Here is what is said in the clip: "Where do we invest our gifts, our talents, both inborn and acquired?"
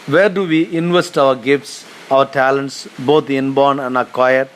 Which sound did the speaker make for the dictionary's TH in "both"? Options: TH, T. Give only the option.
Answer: T